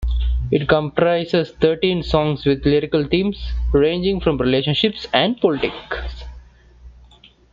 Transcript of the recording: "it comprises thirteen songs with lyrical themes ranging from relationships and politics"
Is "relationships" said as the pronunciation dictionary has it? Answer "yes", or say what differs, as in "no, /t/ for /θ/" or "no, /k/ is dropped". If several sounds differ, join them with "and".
yes